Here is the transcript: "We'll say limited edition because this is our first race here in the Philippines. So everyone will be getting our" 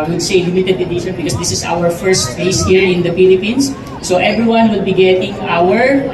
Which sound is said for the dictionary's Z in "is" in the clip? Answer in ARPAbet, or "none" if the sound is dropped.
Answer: S